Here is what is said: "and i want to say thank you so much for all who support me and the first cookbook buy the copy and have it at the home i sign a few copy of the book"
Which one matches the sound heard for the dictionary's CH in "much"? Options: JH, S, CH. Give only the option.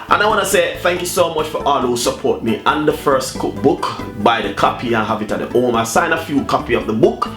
CH